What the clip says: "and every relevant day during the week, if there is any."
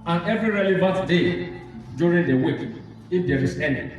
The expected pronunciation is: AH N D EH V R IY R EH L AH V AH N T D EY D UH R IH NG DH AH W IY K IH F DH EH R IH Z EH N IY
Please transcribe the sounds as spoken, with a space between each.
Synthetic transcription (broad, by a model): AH N EH V R IY R EH L AH V AH N T D EY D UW R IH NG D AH W IY K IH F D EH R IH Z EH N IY